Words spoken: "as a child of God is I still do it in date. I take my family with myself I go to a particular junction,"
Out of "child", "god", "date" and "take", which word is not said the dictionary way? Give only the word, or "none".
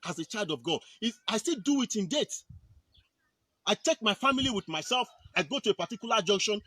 none